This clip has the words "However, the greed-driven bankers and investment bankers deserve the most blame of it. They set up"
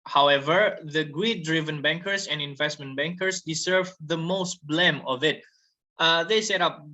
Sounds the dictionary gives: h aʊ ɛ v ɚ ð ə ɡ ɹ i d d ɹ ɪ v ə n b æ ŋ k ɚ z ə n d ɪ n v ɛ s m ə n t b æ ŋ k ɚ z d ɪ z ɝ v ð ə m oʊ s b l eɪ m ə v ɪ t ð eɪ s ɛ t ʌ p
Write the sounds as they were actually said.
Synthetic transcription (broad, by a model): h aʊ ɛ v ɚ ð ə ɡ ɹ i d d ɹ ɪ v ə n b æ ŋ k ɚ s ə n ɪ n v ɛ s m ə n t b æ ŋ k ɚ s d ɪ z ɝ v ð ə m oʊ s b l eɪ m ə v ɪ t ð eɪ s ɛ t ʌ p